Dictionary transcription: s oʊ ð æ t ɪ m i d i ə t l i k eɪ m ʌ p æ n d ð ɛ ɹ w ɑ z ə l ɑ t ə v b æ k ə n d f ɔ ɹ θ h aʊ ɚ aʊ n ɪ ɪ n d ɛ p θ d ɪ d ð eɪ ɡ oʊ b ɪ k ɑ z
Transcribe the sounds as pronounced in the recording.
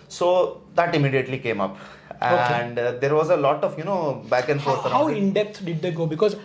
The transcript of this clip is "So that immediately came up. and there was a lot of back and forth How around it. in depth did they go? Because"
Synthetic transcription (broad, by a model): s oʊ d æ t ɪ m i d i ə t l i k eɪ m ʌ p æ n d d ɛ ɹ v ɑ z ə l ɑ t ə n b æ k ə n d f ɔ ɹ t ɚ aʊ ɪ ɪ n d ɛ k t d ɪ d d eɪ ɡ oʊ b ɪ k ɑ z